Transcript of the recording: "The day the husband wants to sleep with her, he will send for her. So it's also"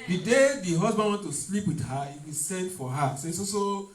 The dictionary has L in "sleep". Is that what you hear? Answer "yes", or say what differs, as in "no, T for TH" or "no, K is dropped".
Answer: yes